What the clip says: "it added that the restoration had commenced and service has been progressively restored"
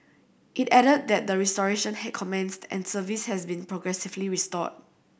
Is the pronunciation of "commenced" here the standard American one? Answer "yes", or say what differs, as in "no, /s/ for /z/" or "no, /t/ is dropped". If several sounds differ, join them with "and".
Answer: yes